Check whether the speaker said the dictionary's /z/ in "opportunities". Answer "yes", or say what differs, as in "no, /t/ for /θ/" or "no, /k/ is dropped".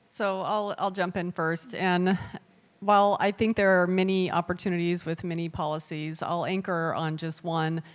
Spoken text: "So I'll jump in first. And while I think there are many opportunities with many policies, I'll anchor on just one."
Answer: yes